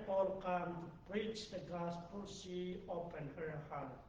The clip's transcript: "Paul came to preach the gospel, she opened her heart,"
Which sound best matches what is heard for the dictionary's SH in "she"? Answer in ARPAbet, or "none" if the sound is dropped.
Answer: S